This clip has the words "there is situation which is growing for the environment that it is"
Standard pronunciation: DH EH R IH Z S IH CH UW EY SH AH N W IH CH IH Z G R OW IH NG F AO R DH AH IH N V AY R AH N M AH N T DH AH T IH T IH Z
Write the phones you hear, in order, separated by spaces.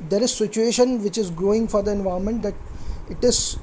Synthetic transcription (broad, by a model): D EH R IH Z S IH CH UW EY SH AH N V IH CH IH Z G R OW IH NG F AO R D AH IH N V AY AH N M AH N T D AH T IH T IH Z